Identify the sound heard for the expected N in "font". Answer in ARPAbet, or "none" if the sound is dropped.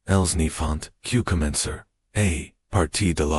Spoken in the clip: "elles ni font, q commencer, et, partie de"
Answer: N